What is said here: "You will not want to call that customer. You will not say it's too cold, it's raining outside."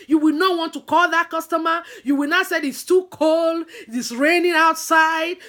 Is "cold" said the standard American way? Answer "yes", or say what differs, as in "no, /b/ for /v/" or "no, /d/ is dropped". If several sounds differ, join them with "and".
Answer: yes